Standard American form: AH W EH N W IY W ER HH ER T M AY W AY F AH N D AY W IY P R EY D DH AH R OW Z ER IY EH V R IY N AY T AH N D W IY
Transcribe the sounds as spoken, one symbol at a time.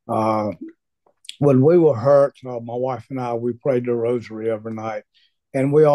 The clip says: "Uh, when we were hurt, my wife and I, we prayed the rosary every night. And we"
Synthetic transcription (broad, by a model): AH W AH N W IY W ER HH ER T M AY W AY F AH N AY W IY P R EY D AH R OW Z ER IY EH V IY N AY T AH N W IY